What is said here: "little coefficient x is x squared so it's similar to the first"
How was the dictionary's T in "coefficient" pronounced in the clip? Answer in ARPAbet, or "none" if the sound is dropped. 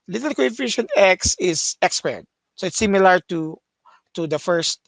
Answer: none